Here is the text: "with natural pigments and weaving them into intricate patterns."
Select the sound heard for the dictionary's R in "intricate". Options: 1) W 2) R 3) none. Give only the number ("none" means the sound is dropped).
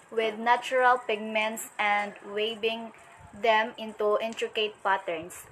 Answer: 2